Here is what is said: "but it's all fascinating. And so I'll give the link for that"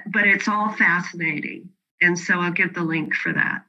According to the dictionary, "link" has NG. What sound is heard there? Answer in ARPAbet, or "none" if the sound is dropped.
NG